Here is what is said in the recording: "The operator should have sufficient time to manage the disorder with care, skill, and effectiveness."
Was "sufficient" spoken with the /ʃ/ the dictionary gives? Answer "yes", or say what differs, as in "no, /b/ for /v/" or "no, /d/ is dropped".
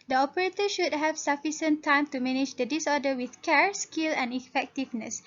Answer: no, /s/ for /ʃ/